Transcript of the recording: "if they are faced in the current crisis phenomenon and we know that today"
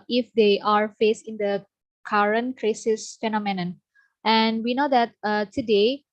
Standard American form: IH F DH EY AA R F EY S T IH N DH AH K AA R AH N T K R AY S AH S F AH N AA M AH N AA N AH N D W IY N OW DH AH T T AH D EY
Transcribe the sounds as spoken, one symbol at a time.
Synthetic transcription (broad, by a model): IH F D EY AA R F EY S IH N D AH K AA R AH N K R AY S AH S F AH N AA M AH N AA N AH N W IY N OW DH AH T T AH D EY